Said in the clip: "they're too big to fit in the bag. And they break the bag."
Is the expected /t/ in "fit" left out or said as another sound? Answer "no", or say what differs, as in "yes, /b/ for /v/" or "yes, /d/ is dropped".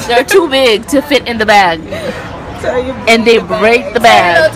no